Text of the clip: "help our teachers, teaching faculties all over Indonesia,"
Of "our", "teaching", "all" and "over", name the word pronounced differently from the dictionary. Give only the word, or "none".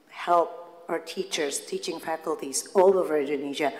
none